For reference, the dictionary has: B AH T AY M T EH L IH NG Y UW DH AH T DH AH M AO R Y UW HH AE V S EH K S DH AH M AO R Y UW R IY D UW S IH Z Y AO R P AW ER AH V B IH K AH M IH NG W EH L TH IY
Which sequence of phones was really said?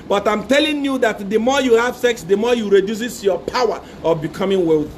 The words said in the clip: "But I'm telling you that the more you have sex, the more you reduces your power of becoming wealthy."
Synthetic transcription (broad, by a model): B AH T AY M T EH L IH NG Y UW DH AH T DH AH M AO Y UW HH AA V S EH K S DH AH M AO Y UW R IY D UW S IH S Y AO P AW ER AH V B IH K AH M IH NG W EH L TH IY